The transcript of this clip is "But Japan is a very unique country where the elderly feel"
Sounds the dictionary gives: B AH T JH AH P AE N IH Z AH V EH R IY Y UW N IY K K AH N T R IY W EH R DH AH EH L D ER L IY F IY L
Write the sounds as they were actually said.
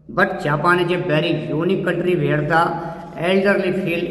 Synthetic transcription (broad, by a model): B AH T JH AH P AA N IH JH AH B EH R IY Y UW N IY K K AH N T R IY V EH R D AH EH L D ER L IY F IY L